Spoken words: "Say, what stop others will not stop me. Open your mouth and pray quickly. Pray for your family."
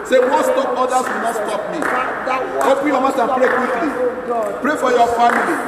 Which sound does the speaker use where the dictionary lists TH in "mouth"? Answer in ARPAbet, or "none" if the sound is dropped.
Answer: S